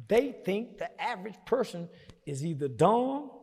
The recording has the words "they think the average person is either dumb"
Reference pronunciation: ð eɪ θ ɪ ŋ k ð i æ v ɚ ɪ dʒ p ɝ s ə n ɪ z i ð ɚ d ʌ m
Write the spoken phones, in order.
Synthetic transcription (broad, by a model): ð eɪ θ ɪ ŋ k ð i æ v ɚ ɪ dʒ p ɝ s ə n ɪ z i ð ɚ d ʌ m